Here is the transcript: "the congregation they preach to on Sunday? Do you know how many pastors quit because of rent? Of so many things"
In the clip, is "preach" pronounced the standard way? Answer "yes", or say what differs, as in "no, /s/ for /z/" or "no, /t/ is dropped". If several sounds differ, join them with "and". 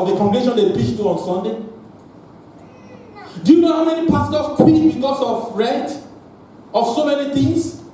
no, /ɹ/ is dropped